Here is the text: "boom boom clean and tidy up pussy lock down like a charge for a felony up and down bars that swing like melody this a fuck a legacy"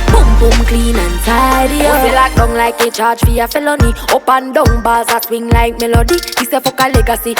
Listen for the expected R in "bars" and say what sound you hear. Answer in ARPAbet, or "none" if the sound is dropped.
L